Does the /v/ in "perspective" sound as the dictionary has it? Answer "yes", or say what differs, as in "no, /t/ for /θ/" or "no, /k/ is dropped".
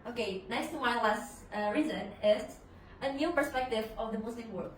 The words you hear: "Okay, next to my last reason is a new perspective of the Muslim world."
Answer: yes